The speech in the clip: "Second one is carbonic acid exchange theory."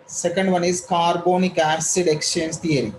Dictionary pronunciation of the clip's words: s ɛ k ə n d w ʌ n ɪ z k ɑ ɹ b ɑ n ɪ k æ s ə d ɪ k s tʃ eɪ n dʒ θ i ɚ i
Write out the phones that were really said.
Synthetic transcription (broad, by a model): s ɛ k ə n d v ʌ n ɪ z k ɑ ɹ b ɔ n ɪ k æ s ə d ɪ k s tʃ eɪ n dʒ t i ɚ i